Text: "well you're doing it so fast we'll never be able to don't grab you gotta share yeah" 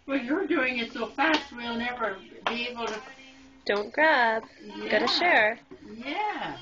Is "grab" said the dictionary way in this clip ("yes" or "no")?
no